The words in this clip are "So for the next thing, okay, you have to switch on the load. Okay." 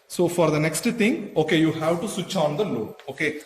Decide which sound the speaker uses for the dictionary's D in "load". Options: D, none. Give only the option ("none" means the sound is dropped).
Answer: none